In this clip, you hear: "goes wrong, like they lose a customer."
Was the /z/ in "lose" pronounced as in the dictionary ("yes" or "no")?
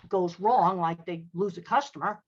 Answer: yes